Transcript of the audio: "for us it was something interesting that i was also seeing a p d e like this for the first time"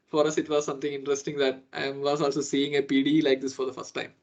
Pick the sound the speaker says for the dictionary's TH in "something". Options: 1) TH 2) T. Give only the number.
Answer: 2